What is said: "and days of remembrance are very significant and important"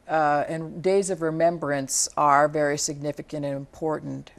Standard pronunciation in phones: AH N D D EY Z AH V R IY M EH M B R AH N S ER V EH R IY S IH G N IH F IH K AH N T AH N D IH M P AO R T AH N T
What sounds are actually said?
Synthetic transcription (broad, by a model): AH N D D EY Z AH V R IY M EH M B R AH N S ER V EH R IY S IH G N IH F IH K AH N T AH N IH M P AO R T N T